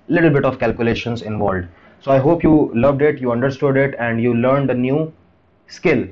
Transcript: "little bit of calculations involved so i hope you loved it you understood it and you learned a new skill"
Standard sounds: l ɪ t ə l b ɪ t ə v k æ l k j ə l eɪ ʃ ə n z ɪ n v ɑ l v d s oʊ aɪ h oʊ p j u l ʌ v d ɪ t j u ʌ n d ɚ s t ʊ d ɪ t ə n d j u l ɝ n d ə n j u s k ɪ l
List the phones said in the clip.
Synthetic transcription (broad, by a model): l ɪ t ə l b ɪ t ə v k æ l k j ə l eɪ ʃ ə n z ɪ n v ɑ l d s oʊ aɪ h oʊ p j u l ʌ v d ɪ t j u ʌ n d ɚ s t ʊ d ɪ t ə n d j u l ɝ n d ə n j u s k ɪ l